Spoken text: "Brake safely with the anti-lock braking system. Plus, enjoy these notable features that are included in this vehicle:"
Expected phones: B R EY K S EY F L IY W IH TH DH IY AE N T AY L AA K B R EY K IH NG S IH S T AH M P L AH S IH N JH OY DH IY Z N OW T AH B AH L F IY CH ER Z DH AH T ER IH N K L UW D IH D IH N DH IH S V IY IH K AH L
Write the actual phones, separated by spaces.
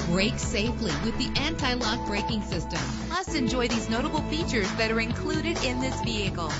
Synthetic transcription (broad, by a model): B R EY K S EY F L IY W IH DH IY AE N T AY L AA K B R EY K IH NG S IH S T AH M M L AH S IH N JH OY DH IY Z N OW T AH B L F IY CH ER Z DH AH T ER IH N K L UW D IH D IH N DH IH S V IY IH K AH L